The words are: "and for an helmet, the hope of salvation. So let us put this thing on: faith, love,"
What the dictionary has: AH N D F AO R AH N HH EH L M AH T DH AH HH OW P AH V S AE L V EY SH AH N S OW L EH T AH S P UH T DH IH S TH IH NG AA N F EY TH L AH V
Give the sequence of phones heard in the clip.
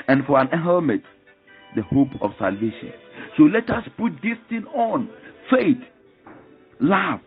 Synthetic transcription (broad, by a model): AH N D F AO R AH N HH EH M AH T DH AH HH OW P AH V S AE L V EY SH AH N S OW L EH T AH S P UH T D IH S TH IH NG AA N F EY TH L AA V